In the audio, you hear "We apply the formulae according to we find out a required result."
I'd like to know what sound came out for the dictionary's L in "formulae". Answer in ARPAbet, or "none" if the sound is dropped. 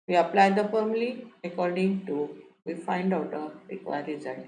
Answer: none